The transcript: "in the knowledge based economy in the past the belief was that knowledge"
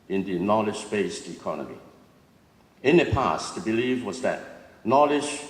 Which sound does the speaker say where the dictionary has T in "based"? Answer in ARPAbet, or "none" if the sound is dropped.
T